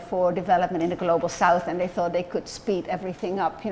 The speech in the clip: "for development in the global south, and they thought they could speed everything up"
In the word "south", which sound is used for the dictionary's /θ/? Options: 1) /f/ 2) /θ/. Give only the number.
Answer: 2